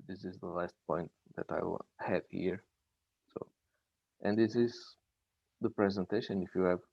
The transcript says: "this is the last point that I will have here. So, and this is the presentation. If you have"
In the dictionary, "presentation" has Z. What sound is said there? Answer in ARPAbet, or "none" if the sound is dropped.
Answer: Z